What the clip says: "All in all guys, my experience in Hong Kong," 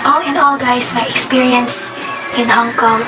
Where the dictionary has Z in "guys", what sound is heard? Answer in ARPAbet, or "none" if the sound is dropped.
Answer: S